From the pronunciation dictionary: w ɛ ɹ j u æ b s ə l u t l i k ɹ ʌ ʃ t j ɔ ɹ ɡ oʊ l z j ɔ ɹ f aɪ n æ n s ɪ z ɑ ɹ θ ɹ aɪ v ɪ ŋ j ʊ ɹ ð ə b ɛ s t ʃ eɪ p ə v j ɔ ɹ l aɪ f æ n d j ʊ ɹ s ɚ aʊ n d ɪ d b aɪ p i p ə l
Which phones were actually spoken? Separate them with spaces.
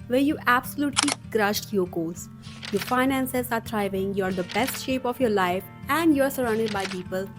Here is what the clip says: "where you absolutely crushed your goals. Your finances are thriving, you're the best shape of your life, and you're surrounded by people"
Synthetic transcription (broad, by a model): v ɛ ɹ j u æ b s ə l u t l i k ɹ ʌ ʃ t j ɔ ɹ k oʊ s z j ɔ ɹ f aɪ n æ n s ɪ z ɑ ɹ t ɹ aɪ v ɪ ŋ j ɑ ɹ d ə b ɛ s t ʃ eɪ p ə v j ɔ ɹ l aɪ f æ n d j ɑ ɹ s ɚ aʊ n d ɪ d b aɪ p i p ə l